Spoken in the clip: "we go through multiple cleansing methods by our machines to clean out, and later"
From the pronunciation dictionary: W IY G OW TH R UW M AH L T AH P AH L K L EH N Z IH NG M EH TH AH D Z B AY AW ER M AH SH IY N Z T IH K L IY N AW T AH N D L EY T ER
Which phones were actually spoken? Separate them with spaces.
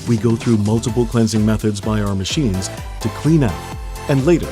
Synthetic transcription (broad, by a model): W IY G OW TH R UW M AH L T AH P L K L EH N Z IH NG M EH TH AH D Z B AY AW ER M AH SH IY N Z T IH K L IY N AW T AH N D L EY T ER